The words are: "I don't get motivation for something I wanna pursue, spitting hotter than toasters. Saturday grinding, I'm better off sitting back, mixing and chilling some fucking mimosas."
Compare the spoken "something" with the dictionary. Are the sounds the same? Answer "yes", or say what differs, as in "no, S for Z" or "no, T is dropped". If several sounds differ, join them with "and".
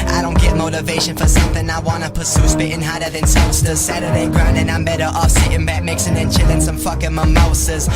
yes